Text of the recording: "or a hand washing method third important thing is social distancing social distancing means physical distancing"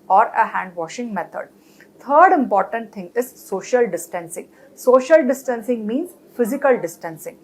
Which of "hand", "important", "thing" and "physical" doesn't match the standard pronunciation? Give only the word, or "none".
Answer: thing